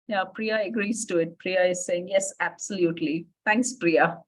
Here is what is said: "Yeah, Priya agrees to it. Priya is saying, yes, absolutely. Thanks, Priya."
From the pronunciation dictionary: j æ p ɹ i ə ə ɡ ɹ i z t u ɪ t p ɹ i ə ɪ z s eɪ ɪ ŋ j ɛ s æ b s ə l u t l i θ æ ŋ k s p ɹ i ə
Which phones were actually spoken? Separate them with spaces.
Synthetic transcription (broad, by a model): j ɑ p ɹ i ə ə ɡ ɹ i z t u ɪ t p ɹ i ə ɪ z s eɪ ɪ ŋ j ɛ s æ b s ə l u t l i t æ ŋ k s p ɹ i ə